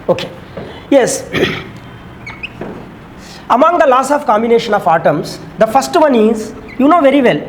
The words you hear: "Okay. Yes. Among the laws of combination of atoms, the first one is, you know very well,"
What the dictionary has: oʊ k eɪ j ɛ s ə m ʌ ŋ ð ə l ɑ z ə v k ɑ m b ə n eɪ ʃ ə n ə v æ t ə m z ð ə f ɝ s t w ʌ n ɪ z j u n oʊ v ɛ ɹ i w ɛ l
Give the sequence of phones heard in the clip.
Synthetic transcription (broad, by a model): oʊ k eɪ j ɛ s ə m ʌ ŋ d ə l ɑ s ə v k ɑ m b ə n eɪ ʃ ə n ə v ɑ t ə m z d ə f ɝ s t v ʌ n ɪ z j u n oʊ v ɛ ɹ i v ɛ l